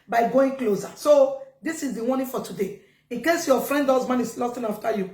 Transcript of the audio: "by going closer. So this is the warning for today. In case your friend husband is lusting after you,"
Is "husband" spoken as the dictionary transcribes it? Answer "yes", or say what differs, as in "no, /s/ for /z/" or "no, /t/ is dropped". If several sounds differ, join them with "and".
no, /d/ is dropped